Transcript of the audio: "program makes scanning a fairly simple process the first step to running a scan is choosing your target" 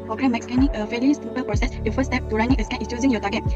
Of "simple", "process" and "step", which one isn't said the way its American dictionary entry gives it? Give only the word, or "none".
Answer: simple